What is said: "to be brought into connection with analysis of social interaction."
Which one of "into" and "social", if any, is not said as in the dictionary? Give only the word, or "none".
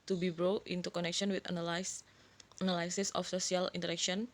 social